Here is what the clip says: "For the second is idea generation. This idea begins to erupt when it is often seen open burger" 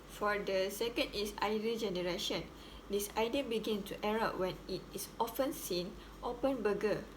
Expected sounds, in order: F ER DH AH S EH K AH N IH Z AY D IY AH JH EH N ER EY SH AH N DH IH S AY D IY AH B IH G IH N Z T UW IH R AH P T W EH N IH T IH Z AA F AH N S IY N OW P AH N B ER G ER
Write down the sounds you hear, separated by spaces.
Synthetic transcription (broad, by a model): F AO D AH S EH K AH N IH S AY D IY JH EH N ER EY SH AH N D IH S AY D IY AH B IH G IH N S T UW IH R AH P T W EH N IH T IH S AA F AH N S IY N OW P AH N B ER G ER